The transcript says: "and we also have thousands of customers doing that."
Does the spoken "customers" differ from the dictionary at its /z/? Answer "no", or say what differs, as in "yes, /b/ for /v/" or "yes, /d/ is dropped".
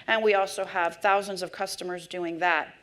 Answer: no